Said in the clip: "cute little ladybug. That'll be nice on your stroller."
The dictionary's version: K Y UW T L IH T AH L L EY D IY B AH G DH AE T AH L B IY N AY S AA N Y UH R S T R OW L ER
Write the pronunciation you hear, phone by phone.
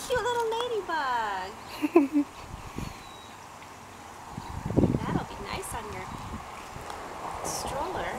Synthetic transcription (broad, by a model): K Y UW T L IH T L L EY D IY B AH G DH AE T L B IY N AY S N Y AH R S T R OW L ER